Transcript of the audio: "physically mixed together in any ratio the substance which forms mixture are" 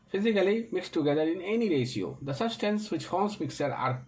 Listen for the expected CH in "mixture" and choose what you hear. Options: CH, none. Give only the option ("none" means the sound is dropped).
none